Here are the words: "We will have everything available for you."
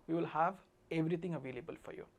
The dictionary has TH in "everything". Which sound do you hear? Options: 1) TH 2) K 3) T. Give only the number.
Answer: 3